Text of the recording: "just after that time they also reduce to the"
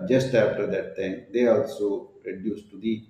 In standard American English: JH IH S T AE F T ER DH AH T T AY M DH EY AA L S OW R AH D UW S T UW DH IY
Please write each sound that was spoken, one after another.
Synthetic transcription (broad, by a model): JH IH S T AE P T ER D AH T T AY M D EY AA L S OW R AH D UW S T UW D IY